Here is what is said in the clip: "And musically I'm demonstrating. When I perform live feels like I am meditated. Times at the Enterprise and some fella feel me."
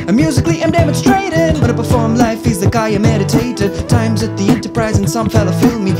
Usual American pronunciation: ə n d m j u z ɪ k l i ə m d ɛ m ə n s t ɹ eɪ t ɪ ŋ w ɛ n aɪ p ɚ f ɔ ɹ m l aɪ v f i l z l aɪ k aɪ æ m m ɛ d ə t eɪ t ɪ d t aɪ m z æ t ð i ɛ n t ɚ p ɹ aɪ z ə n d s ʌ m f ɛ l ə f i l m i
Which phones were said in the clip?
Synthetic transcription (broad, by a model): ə m j u z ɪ k l i ə m d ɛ m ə n s t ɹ eɪ t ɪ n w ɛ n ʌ p ɚ f ɔ ɹ m l aɪ f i z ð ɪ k aɪ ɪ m m ɛ d ə t eɪ t ɪ d t aɪ m z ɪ t ð i ɛ n t ɚ p ɹ aɪ z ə n s ʌ m f ɛ l ə f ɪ l m i